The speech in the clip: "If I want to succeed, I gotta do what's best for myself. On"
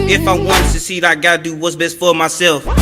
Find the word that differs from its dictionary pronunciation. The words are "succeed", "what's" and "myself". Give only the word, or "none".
succeed